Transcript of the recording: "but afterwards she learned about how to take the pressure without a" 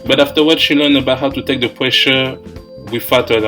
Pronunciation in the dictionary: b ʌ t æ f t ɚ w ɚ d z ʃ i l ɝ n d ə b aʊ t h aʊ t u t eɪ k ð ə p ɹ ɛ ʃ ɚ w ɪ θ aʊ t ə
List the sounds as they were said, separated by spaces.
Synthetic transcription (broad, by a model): b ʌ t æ f t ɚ w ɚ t ʃ i l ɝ n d ə b aʊ t h aʊ t u t eɪ k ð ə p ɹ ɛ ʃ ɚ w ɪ f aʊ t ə